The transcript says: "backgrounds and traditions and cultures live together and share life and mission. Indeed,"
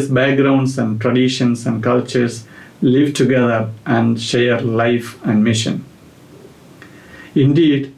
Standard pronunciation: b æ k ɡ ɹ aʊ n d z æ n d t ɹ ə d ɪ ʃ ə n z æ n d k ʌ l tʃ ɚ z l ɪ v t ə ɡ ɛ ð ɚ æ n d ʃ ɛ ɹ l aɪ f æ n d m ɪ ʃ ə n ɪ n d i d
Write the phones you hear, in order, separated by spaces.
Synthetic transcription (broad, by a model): b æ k ɡ ɹ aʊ n d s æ n d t ɹ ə d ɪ ʃ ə n s æ n d k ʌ l tʃ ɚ s l ɪ v t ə ɡ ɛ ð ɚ æ n d ʃ ɛ ɹ l aɪ f æ n d m ɪ ʃ ə n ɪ n d i d